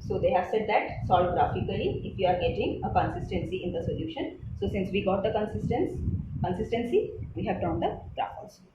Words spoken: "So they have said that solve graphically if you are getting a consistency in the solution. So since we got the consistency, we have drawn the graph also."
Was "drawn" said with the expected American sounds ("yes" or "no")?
no